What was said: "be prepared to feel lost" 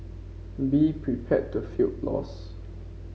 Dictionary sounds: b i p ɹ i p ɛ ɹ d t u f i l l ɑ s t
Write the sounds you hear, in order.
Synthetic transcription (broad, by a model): b i p ɹ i p ɛ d t u f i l l ɑ s